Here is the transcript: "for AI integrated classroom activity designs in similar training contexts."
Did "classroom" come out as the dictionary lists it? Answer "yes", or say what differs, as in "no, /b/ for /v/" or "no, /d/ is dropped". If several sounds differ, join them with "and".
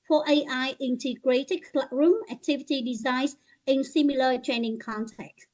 no, /s/ is dropped